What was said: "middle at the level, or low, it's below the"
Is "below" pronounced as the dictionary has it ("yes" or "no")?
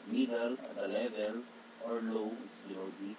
no